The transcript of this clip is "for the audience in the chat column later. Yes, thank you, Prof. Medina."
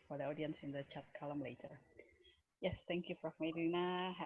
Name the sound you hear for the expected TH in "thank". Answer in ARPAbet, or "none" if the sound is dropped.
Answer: T